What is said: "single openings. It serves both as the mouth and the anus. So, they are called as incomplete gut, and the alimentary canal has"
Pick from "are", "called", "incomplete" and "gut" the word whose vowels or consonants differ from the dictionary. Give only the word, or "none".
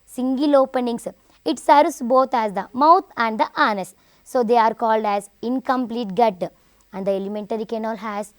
none